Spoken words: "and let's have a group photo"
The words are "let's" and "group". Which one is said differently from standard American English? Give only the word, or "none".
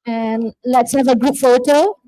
group